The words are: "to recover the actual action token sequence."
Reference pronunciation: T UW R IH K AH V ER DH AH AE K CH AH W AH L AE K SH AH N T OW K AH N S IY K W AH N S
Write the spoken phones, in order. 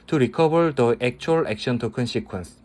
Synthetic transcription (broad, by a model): T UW R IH K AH B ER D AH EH K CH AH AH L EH K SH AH N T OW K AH N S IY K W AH N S